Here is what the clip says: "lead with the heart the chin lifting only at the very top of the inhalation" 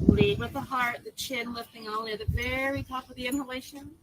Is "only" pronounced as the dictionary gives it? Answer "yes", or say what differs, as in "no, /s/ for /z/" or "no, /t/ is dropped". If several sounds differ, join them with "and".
no, /l/ is dropped